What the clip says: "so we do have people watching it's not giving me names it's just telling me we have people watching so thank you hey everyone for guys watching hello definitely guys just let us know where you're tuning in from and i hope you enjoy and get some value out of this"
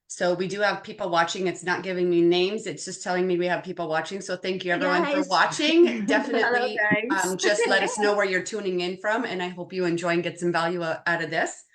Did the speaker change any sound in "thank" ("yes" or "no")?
no